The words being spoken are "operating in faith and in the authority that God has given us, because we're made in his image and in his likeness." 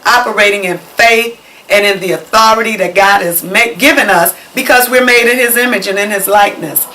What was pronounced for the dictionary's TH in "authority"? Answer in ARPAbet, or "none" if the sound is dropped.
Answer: TH